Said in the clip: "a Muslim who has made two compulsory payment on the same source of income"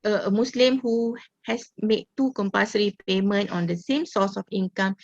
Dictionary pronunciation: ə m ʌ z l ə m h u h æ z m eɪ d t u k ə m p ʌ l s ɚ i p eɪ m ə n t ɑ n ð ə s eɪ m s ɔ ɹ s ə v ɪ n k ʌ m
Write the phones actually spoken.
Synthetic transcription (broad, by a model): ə m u s l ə m h u h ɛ s m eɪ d t u k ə m p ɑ s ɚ i p eɪ m ə n t ɑ n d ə s eɪ m s ɔ s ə f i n k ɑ m